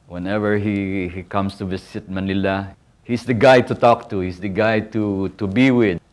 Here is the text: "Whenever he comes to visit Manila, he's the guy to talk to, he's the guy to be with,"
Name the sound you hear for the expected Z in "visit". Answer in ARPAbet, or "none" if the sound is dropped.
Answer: S